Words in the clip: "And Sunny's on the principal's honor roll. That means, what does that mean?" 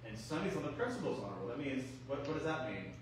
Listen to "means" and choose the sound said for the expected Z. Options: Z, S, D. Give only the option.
Z